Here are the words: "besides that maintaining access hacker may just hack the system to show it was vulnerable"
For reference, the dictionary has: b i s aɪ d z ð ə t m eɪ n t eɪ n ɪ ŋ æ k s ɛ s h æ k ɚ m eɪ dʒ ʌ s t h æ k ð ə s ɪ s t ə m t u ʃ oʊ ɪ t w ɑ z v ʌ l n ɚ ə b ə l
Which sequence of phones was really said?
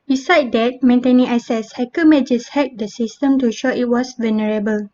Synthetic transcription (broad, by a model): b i s aɪ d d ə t m eɪ n t eɪ n ɪ ŋ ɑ s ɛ s h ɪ k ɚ m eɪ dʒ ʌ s h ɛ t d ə s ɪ s t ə m t u ʃ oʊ ɪ t w ɑ s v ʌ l n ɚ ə b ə l